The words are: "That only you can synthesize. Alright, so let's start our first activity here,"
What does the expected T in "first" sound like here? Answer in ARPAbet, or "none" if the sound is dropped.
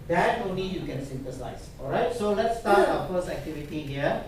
none